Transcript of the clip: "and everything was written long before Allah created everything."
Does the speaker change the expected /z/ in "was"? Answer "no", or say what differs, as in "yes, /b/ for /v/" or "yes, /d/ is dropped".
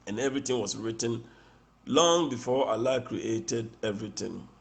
yes, /s/ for /z/